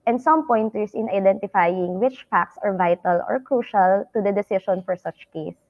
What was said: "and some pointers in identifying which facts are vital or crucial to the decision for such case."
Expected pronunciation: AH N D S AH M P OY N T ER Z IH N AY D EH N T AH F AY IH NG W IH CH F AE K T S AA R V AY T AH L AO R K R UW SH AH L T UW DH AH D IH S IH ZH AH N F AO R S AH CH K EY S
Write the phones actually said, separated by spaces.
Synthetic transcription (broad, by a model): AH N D S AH M P OY N T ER S IH N AY D EH N T AH F AY IH NG W IH CH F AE K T S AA R V AY T AH L AO R K R UW SH AH L T UW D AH D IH S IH SH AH N F AO R S AH CH K EY S